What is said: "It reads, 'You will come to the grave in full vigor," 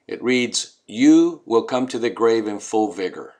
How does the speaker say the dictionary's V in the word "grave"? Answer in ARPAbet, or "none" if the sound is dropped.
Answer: V